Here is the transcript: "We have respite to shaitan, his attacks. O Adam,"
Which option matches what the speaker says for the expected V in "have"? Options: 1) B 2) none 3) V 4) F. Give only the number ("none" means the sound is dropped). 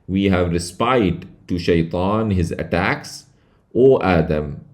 3